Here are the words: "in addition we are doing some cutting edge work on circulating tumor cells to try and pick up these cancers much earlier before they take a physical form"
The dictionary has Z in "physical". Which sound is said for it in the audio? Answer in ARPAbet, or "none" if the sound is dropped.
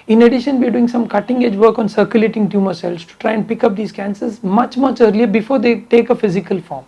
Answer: Z